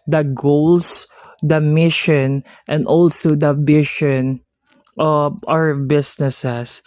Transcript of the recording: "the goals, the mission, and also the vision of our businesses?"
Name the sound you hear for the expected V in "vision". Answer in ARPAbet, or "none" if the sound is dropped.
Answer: B